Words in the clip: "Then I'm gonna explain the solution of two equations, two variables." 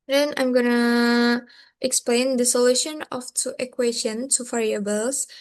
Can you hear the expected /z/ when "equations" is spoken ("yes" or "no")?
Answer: no